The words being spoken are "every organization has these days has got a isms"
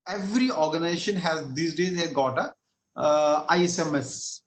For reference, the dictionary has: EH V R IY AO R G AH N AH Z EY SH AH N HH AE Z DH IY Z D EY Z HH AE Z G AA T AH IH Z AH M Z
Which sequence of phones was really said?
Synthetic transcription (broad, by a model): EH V R IY AO R G AH N AH Z EY SH AH N HH AE Z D IY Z D EY Z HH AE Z G AA T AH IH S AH M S